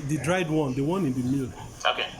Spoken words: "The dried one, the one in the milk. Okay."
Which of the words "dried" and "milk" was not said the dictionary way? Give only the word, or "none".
milk